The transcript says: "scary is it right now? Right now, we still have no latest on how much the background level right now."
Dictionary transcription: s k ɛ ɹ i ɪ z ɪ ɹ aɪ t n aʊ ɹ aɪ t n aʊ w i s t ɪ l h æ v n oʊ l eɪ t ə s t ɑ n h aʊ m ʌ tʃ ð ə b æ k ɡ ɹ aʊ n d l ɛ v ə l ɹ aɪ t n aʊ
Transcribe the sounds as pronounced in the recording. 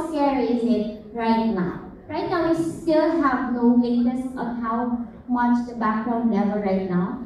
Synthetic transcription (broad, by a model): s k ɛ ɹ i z ɪ ɹ aɪ t n aʊ ɹ aɪ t n aʊ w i s t ɪ l h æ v n oʊ w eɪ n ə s ɑ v h aʊ m ʌ tʃ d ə b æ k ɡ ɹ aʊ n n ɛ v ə ɹ aɪ t n aʊ